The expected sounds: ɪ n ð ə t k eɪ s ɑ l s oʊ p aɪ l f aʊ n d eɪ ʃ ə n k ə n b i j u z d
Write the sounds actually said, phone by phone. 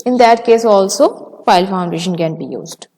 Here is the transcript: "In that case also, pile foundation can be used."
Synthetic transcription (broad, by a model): ɪ n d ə t k eɪ s ɑ l s oʊ f aɪ l f aʊ n d eɪ ʃ ə n k ə n b i j u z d